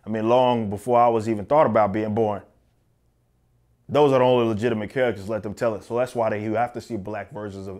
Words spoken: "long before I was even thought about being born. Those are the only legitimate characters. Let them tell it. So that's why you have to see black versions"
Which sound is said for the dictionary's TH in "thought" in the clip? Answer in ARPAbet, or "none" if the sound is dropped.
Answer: TH